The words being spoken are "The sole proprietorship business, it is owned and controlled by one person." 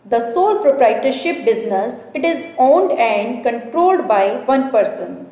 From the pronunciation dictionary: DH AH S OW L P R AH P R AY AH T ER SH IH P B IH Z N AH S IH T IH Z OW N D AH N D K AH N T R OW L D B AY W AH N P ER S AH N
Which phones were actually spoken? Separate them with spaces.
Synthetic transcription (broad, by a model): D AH S OW L P R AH P R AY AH T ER SH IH P B IH Z N AH S IH T IH Z OW N D AH N D K AH N T R OW L D B AY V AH N P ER S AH N